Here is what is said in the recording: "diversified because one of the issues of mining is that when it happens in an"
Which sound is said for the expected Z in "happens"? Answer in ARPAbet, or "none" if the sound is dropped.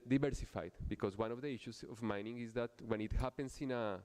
S